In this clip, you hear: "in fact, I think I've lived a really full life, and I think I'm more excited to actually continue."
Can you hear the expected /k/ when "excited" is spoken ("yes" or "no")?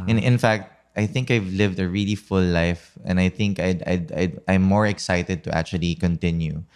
yes